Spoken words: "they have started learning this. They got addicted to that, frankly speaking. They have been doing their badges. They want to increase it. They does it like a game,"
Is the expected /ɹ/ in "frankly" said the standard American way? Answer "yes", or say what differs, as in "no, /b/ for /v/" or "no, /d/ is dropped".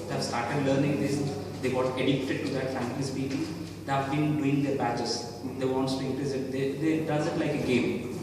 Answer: no, /ɹ/ is dropped